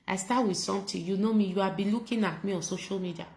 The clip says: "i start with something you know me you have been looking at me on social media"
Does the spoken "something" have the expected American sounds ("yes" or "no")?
no